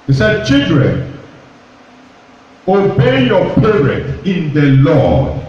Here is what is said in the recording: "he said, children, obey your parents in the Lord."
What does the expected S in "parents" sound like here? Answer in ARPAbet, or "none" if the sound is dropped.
none